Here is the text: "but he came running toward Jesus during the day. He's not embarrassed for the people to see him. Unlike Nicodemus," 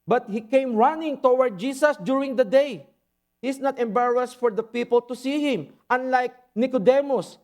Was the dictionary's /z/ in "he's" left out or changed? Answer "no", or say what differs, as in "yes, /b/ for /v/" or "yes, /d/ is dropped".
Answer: yes, /s/ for /z/